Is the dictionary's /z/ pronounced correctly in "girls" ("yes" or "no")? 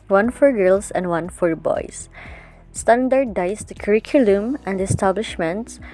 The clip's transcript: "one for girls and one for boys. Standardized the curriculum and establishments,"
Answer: no